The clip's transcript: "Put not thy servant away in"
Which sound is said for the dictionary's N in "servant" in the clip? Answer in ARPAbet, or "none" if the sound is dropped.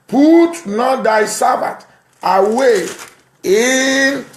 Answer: none